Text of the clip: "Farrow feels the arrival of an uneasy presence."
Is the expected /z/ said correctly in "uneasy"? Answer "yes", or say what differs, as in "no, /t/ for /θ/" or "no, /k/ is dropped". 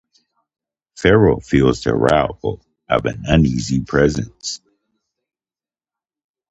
yes